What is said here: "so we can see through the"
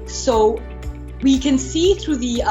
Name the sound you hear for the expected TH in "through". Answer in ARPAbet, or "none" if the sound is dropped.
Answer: TH